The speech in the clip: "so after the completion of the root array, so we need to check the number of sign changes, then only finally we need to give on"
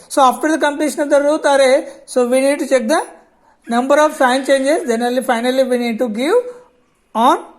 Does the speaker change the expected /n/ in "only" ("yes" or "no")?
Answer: yes